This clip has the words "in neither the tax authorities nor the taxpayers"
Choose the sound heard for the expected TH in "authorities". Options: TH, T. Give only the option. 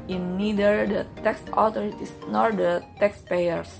T